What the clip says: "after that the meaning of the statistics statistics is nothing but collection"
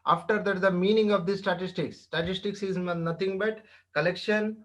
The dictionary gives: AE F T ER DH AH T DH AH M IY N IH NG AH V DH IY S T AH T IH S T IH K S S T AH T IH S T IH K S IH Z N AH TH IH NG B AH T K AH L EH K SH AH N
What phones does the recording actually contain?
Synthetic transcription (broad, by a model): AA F T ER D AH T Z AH M IY N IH NG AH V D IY S T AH T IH S T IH K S S T AH T IH S T IH K S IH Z N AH T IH NG B AH T K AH L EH K SH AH N